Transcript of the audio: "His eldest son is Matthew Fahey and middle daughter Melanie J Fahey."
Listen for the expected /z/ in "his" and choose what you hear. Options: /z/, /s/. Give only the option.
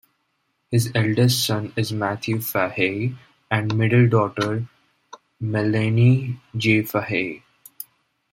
/z/